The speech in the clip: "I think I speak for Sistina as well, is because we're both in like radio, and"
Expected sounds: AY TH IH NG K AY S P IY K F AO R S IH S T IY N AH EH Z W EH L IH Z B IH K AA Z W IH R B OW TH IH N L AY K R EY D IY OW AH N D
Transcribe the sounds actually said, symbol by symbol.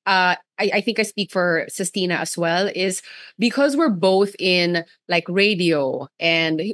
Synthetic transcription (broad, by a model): AY TH IH NG K AY S P IY K F AO R S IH S T IY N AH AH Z W EH L IH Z B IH K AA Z W IH R B OW TH IH N L AY K R EY D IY OW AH N D